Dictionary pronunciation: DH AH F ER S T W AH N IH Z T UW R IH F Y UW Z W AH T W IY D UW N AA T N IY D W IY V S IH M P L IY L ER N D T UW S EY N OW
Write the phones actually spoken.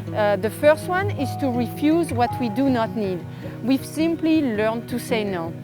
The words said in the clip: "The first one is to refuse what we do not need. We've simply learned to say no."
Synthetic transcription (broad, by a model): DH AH F ER S T W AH N IH Z T UW R IH F Y UW Z W AH T W IY D UW N AA T N IY D W IY V S IH M P L IY L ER N T UW S EY N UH